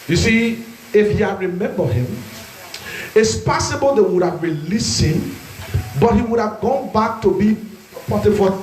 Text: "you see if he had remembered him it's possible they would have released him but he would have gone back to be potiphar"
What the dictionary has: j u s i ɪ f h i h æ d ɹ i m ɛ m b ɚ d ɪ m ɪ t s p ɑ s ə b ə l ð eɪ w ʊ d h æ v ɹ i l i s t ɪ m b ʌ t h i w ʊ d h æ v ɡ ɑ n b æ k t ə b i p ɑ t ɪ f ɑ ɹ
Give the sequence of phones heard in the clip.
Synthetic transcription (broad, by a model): j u s i ɪ f h i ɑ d ɹ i m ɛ m b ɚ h ɪ m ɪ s p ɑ s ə b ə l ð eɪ w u d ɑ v ɹ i l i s ɪ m b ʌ t h i w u d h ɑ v ɡ ɑ n b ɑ k t ə b i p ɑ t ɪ f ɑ